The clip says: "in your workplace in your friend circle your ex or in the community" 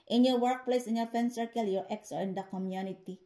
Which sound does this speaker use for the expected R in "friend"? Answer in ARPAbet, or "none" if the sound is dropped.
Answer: none